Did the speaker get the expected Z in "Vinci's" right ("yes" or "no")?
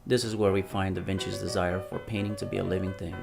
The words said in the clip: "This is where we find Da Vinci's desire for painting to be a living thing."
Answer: yes